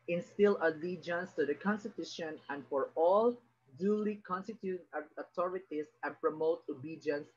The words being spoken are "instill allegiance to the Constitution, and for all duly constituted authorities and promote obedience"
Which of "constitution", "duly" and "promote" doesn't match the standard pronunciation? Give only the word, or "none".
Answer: none